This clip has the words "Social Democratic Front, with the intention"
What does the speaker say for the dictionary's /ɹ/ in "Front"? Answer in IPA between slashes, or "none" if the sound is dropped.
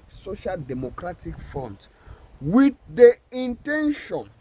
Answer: none